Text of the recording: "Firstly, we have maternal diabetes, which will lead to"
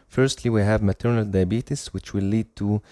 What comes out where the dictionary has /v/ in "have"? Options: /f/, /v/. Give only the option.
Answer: /v/